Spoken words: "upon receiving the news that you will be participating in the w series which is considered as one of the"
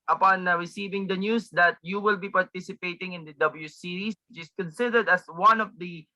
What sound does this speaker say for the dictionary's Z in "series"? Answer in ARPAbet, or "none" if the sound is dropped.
S